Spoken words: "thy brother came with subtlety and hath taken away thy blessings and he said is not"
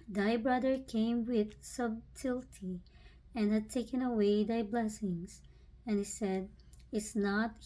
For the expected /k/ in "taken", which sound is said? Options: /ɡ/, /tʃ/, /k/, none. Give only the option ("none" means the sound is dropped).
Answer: /k/